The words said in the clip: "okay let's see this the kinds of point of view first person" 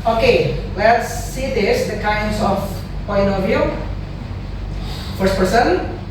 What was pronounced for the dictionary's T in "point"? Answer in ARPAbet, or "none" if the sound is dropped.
none